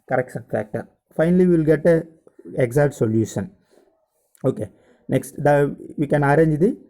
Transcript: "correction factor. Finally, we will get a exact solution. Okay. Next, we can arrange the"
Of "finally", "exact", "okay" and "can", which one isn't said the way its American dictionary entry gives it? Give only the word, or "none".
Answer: exact